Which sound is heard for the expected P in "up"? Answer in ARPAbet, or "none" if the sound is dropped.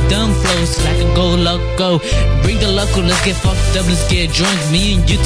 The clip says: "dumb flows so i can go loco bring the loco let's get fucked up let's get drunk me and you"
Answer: B